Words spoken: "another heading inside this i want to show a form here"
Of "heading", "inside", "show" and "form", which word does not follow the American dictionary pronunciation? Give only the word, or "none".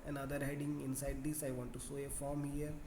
show